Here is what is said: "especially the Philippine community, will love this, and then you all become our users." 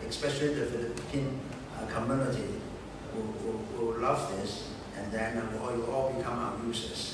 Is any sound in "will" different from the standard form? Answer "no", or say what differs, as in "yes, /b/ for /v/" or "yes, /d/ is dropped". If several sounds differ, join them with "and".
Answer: yes, /w/ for /l/